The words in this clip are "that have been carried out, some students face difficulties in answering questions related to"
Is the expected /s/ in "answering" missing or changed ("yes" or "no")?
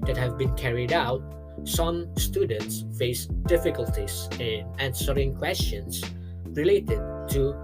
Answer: no